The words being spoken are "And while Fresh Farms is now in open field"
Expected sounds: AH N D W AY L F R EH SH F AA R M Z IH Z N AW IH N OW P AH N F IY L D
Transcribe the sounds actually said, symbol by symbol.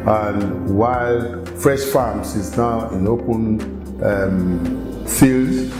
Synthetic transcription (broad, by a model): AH N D W AY L F R EH SH F AA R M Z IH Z N AW IH N OW P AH N F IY L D